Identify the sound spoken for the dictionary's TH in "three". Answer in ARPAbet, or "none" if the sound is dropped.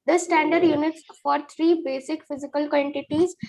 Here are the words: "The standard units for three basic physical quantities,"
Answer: T